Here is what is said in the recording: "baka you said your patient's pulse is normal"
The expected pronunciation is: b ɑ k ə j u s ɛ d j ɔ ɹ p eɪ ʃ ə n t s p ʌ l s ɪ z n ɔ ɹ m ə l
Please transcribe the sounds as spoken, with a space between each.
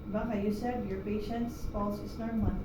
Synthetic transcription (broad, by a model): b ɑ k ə j u s ɛ d j ɔ ɹ p eɪ ʃ ə n t s f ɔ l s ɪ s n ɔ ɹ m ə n